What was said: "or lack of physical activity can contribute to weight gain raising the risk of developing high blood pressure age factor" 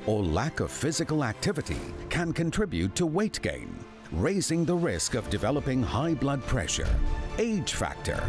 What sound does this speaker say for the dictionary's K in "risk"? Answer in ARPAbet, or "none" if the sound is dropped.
K